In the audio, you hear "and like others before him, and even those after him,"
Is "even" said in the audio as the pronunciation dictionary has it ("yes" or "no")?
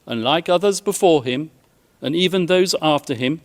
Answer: yes